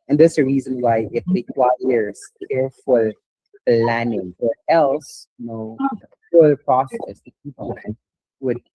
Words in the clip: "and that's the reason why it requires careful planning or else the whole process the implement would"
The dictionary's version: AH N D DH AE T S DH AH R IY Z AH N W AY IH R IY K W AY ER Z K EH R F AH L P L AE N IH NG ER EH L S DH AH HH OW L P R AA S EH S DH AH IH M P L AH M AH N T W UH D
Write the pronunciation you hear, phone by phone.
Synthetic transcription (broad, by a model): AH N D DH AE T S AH R IY Z AH N W AY IH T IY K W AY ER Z K EH R F AH L P L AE N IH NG ER EH L S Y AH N OW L P R AA S EH S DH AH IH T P AH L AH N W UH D